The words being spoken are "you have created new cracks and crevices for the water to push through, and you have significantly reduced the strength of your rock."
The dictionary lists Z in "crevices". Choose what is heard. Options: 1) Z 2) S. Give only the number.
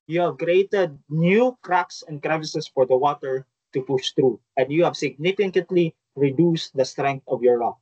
2